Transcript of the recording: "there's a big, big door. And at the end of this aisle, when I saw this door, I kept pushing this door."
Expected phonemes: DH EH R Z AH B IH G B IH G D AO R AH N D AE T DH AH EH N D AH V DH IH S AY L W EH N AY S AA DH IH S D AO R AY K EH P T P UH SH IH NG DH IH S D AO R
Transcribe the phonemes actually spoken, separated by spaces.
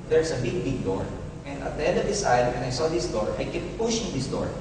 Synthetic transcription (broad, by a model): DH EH R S AH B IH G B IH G D AO R AH N D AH T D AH EH N D AH V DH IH S AY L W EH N AY S AA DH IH S D AO R AY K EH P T P UH SH IH NG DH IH S D AO R